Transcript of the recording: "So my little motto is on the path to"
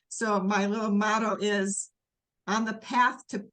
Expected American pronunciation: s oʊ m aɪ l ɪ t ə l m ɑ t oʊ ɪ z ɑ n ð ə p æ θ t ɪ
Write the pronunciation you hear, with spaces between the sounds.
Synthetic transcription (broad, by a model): s oʊ m aɪ l ɪ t l m ɑ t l ɪ z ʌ n ð ə p æ θ t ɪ